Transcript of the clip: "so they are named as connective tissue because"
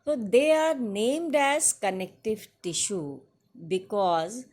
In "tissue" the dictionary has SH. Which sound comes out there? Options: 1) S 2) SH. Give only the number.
2